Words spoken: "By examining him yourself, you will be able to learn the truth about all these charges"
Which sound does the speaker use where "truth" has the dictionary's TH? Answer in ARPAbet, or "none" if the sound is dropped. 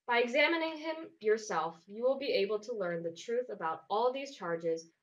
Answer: TH